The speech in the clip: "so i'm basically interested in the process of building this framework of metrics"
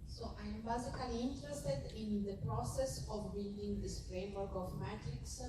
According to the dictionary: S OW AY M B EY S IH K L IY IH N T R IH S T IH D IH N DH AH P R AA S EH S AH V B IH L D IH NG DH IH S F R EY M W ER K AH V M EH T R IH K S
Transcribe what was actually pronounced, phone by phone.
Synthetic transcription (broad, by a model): S OW AY M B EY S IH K L IY IH N T R IH S T IH D IH N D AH P R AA S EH S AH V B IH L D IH NG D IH S F R EY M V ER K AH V M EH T R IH K S